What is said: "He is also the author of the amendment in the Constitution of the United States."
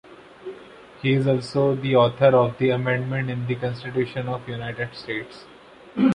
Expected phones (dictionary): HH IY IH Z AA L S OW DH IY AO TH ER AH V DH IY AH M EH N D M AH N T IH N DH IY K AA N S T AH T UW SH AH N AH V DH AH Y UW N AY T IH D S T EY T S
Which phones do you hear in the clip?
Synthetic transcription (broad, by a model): HH IY IH Z AA L S OW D IY AO T ER AH V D IY AH M EH N D M AH N T IH N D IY K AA N S T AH T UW SH AH N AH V Y UW N AY T IH D S T EY T S